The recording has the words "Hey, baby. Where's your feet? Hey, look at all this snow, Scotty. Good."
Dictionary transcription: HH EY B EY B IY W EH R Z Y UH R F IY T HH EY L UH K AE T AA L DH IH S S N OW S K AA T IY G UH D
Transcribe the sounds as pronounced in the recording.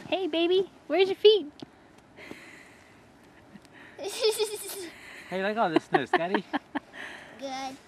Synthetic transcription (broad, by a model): HH EY B EY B IY W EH R Z Y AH R F IY T HH EY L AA IH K AA L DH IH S S N OW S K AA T IY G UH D